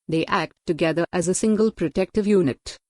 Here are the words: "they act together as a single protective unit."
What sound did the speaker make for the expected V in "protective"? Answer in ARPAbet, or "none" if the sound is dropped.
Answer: V